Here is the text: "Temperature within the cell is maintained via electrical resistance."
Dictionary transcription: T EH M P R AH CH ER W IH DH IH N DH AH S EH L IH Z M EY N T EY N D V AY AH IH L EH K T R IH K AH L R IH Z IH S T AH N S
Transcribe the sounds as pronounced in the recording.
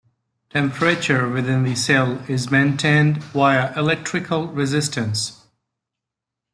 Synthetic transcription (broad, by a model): T EH M P R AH CH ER W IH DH IH N DH AH S EH L IH Z M EY N T EY N D W AY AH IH L EH K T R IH K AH L R IH Z IH S T AH N S